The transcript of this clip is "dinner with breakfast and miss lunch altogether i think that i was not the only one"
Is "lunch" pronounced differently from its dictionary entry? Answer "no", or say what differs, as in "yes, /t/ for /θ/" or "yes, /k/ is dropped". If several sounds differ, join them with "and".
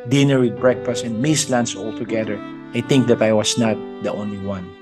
yes, /s/ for /tʃ/